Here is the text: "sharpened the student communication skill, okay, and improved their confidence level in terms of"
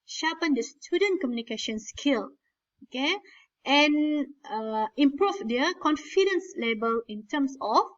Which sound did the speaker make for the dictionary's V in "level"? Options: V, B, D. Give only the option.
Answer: B